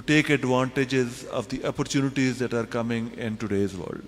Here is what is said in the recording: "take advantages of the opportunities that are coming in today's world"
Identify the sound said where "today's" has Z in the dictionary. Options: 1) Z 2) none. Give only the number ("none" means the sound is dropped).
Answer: 1